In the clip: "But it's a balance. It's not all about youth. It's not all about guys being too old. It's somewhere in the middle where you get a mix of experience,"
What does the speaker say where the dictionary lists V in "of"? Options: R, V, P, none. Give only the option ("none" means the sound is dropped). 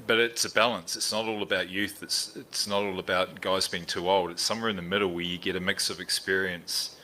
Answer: V